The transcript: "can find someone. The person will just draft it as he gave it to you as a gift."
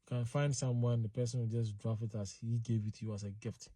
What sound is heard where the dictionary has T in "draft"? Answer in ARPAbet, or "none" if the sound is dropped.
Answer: none